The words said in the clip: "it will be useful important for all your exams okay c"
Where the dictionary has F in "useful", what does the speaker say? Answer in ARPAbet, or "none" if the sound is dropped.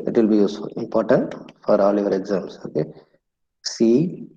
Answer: none